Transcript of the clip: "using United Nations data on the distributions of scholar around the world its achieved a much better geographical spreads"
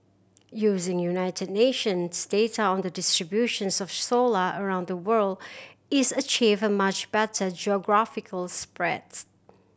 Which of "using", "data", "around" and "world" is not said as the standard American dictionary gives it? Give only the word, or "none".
none